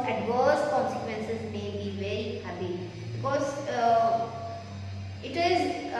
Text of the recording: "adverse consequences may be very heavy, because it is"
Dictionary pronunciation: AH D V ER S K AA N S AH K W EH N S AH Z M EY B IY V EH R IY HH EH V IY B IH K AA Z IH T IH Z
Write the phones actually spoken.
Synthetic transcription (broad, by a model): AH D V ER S K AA N S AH K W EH N S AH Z M EY B IY V EH R IY HH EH P IY B IH K AA Z IH T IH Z